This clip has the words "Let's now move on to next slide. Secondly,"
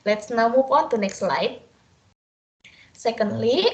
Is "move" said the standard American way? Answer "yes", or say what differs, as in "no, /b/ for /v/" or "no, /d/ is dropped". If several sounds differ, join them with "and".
no, /p/ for /v/